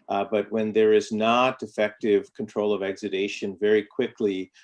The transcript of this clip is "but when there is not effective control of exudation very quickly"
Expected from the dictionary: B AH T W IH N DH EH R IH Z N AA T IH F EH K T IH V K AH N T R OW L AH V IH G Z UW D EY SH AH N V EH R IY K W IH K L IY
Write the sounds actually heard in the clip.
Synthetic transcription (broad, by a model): B AH T W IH N DH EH R IH Z N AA T IH F EH K T IH V K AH N T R OW L AH V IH G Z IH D EY SH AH N V EH R IY K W IH K L IY